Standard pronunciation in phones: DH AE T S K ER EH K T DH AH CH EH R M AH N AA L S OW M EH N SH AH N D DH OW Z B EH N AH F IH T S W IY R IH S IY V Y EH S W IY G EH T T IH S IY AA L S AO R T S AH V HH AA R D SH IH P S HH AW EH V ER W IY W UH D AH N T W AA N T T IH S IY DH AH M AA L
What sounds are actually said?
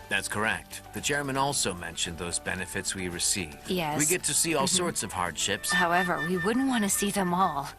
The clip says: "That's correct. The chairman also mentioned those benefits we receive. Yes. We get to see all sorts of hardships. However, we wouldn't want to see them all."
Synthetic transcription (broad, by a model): DH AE T S K ER EH K T DH AH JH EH R M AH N AA L S OW M EH N SH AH N DH OW Z B EH N AH F IH T S W IY R IH S IY V Y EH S W IY G EH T T IH S IY AA L S AO R T S AH V HH AA R D SH IH P S HH AW EH V ER W IY W UH D N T W AA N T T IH S IY DH AH M AA L